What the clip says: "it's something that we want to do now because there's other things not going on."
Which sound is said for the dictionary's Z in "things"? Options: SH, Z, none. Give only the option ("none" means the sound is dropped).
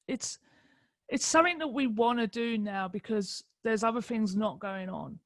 Z